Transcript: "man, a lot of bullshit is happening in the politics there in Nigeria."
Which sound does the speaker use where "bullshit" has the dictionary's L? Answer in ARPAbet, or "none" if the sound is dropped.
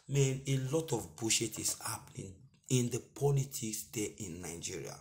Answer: none